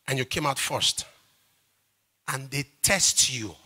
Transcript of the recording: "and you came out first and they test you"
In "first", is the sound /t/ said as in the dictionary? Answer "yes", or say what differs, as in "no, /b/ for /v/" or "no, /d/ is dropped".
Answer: yes